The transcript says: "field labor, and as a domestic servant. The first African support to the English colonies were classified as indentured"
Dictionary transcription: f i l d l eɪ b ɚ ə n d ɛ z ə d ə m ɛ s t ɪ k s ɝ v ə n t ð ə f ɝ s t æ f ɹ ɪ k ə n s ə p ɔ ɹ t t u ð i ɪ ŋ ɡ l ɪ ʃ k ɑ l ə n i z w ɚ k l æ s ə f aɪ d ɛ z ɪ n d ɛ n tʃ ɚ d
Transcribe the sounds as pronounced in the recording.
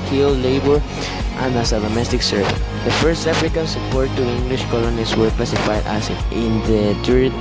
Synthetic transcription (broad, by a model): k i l l eɪ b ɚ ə n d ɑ s ə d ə m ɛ s t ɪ k s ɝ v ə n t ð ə f ɝ s t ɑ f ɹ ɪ k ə n s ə p ɔ ɹ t t u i ŋ ɡ l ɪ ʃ k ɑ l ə n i s w ɚ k l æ s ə f aɪ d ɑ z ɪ n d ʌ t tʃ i